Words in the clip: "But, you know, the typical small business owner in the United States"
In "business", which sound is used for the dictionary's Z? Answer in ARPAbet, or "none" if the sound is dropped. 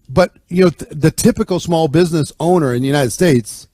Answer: Z